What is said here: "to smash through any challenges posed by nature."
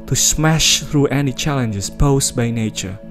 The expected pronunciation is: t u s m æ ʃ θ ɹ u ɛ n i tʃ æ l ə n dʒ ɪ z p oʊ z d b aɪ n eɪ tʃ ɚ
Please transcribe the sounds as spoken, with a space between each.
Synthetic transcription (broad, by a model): t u s m æ ʃ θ ɹ u ɛ n i tʃ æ l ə n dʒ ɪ s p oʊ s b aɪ n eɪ tʃ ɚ